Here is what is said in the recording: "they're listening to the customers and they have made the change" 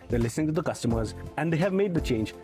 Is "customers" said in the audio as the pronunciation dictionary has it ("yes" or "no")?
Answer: yes